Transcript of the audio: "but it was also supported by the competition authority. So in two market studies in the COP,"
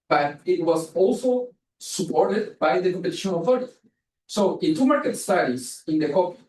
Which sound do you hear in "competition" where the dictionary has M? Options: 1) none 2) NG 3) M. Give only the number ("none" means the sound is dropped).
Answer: 1